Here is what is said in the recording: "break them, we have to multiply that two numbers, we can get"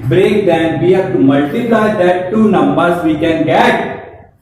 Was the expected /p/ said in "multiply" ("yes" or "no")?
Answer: no